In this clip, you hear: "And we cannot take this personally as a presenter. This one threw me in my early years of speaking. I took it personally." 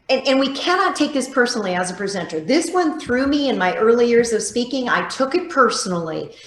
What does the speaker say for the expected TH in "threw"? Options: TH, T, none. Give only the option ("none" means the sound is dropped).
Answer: TH